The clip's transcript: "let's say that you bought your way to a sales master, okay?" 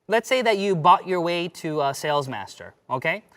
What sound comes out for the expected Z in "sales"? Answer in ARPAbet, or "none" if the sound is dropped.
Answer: Z